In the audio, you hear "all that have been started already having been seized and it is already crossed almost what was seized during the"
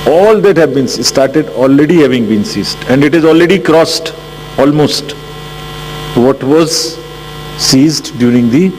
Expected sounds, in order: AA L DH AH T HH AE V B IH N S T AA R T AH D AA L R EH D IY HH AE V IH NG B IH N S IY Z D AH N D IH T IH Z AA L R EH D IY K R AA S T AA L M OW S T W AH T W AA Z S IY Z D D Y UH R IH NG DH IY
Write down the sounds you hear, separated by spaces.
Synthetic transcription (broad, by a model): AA L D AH T HH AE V B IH N S T AA R T AH D AA L R EH D IY HH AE V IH NG B IH N S IY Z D AH N D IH T IH Z AA L R EH D IY K R AA S T AA L M OW S T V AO T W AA Z S IY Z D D Y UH R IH NG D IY